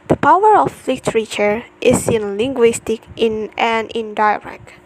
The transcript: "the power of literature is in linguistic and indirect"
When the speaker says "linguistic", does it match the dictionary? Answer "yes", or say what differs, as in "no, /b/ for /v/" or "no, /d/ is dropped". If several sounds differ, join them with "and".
yes